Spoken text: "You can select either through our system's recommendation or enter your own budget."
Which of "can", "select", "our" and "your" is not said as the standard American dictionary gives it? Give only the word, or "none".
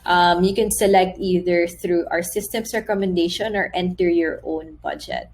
none